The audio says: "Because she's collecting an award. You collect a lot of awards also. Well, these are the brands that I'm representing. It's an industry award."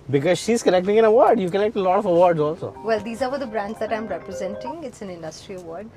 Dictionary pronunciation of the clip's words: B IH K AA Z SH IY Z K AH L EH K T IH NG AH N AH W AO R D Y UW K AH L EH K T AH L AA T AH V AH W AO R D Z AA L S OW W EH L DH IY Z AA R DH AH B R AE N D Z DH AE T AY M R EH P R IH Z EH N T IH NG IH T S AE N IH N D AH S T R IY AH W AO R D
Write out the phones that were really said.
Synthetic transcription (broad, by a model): B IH K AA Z SH IY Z K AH N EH K T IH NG AH N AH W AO R D Y UW K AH N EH K T AH L AA T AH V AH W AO R D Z AA L S OW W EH L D IY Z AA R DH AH B R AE N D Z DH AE T AY M R EH P R IH Z EH N T IH NG IH T S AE N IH N D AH S T R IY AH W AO R D